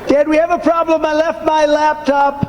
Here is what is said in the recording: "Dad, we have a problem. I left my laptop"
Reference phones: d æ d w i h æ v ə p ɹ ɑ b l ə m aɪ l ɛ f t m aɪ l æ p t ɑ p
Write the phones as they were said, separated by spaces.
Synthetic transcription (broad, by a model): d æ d w i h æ v ə p ɹ ɑ b l ə m aɪ l ɛ f t m aɪ l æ p t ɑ p